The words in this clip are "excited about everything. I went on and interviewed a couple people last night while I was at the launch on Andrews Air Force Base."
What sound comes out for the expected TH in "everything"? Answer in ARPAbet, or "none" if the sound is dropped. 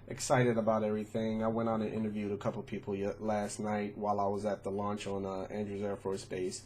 TH